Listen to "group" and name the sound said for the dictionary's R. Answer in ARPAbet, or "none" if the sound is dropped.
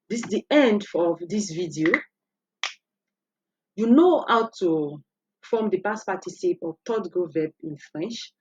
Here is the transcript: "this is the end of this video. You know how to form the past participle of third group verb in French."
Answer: none